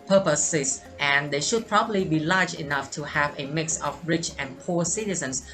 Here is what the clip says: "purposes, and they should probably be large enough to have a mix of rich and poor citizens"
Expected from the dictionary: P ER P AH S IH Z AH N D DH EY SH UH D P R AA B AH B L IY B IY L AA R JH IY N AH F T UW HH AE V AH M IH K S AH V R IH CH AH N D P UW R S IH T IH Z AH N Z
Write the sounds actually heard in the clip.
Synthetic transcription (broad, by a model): P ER P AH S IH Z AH N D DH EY SH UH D P R AA B AH B L IY B IY L AA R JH IY N AH F T UW HH AE V AH M IH K S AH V R IH CH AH N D P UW S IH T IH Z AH N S